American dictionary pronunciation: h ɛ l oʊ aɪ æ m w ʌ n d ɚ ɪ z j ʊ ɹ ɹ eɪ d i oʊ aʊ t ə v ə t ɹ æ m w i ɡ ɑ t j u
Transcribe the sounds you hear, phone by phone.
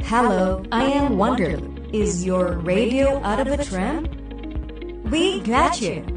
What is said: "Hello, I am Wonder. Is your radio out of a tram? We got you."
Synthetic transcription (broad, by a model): h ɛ l oʊ aɪ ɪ m w ʌ n d ɚ ɪ z j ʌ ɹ ɹ eɪ d i oʊ aʊ t ə v ə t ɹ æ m w i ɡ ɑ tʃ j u